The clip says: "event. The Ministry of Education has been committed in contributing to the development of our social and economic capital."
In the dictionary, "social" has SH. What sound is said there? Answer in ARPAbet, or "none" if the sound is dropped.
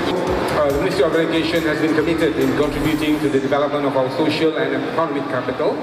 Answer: SH